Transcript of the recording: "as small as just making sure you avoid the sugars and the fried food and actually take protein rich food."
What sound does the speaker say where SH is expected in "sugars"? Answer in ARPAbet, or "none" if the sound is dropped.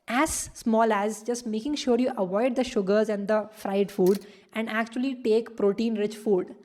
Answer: SH